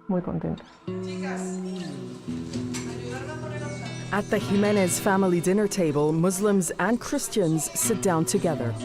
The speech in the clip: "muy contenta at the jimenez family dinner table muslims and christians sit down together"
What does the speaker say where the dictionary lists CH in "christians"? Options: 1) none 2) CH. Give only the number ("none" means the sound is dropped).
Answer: 2